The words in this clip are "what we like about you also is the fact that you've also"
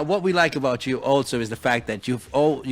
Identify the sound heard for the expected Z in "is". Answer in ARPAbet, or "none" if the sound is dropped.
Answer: Z